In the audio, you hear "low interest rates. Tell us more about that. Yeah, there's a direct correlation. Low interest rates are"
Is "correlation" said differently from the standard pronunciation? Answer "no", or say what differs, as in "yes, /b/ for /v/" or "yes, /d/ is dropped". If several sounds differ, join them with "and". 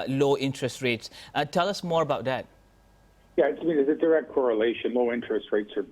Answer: no